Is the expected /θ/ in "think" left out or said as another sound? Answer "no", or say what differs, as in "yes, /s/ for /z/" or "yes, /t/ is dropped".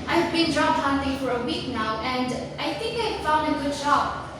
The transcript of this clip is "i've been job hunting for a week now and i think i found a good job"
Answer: no